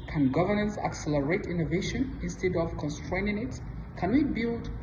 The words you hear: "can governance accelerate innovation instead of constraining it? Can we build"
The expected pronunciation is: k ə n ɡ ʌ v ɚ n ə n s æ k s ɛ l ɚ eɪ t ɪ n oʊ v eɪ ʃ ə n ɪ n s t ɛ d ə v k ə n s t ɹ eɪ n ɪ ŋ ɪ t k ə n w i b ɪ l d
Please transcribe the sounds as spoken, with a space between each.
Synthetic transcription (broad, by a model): k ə n ɡ ʌ v ɚ n ə n s æ k s ɛ l ɚ eɪ t ɪ n oʊ v eɪ ʃ ə n ɪ n s t ɛ d ə v k ə n s t ɹ eɪ n ɪ ŋ ɪ t k ə n w i b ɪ l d